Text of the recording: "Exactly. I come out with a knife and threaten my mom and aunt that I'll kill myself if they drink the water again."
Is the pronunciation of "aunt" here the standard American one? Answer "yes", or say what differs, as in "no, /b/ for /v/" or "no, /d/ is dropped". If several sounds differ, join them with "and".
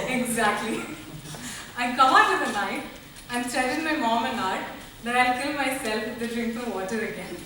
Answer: no, /n/ is dropped